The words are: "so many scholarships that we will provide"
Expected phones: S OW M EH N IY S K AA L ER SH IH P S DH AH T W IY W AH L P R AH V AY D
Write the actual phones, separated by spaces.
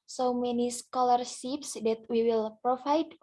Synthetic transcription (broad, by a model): S OW M EH N IY S K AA L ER S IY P S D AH T W IY W AH L P R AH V AY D